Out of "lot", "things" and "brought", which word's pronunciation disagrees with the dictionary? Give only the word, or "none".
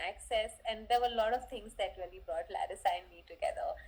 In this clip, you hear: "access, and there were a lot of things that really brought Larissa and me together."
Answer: things